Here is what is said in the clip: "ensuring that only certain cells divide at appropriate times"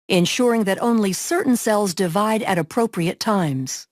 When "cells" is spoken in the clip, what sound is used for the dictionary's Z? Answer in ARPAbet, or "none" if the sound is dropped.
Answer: Z